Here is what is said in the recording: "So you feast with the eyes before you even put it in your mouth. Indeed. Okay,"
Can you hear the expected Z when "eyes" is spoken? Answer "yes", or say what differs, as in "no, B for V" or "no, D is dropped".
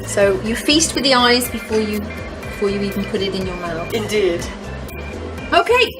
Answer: yes